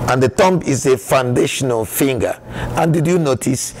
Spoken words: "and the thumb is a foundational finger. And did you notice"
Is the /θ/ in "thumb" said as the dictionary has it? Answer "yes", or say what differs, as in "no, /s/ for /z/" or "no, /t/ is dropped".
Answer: no, /t/ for /θ/